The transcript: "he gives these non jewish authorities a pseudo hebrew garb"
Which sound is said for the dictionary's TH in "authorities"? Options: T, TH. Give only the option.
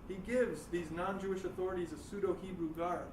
TH